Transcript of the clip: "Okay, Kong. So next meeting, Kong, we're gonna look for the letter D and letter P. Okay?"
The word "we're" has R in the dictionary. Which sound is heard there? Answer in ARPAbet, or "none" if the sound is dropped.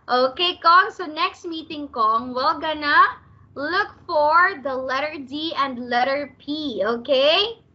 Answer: L